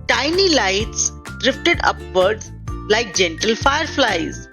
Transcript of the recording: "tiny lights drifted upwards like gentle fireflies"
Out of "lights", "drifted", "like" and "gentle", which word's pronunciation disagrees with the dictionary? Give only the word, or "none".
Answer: none